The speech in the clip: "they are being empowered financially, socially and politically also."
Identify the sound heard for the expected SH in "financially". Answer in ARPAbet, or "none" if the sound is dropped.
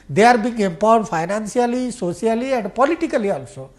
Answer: S